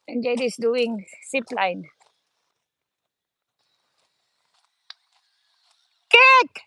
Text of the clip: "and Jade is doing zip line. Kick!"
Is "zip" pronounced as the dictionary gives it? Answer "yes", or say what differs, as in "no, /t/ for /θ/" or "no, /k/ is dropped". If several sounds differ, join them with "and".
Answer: no, /s/ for /z/